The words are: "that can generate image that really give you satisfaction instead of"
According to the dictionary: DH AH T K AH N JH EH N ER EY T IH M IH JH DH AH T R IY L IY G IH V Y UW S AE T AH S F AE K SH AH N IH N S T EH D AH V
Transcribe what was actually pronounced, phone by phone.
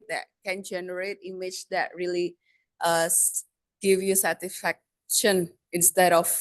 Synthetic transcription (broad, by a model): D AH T K AH N JH EH N ER EY T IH M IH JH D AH T R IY L IY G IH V Y UW S AE T AH S F AE K SH AH N IH N S T EH D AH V